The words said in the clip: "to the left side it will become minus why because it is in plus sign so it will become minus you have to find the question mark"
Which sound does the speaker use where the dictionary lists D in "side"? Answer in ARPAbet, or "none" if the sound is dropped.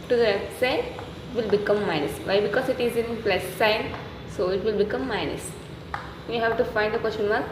none